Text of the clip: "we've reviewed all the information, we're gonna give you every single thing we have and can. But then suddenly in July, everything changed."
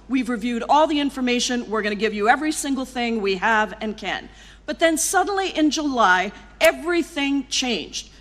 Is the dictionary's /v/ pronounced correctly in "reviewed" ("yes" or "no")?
yes